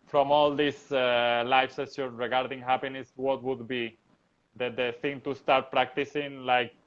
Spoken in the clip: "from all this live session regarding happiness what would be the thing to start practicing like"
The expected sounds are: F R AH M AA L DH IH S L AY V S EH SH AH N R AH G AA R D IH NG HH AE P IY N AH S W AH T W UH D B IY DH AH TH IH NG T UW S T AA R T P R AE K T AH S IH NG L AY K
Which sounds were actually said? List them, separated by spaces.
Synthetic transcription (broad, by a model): F R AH M AA L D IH S L AY F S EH S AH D R AH G AA R D IH NG HH AE P IY N AH S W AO T W UH D B IY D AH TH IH NG T UW S T AA R T P R AE K T AH S IH NG L AY K